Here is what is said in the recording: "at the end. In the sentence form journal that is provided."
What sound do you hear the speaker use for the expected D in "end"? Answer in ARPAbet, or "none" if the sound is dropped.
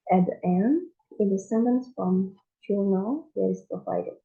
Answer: none